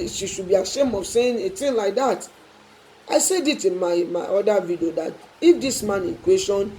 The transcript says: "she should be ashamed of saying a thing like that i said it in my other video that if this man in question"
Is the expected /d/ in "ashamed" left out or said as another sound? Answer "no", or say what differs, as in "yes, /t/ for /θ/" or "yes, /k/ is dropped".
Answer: yes, /d/ is dropped